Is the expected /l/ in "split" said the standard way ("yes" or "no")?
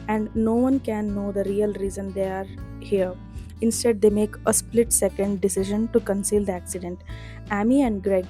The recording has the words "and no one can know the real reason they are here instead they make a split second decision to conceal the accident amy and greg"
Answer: yes